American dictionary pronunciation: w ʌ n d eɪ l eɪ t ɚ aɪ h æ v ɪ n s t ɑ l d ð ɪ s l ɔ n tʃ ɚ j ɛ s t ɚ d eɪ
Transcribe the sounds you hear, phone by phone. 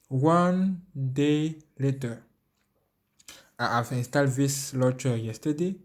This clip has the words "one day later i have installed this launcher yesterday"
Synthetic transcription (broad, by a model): w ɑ n d eɪ l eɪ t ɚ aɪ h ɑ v ɪ n s t ɑ l d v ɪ s l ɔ tʃ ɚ j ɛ s t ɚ d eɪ